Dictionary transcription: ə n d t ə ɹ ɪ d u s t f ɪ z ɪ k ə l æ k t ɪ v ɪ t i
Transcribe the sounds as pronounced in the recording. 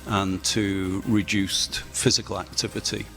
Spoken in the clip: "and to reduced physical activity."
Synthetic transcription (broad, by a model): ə n t ə ɹ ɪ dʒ u s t f ɪ z ɪ k ə l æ k t ɪ v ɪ t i